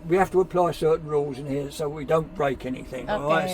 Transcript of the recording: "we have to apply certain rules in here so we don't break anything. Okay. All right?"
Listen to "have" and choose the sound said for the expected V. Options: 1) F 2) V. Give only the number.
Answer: 1